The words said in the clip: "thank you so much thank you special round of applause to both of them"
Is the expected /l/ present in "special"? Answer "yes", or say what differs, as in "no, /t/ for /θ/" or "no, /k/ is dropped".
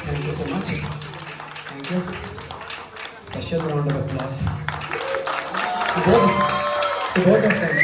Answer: no, /n/ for /l/